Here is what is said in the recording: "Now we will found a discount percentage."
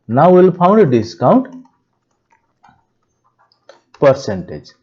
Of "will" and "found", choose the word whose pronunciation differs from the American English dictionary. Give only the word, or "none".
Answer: found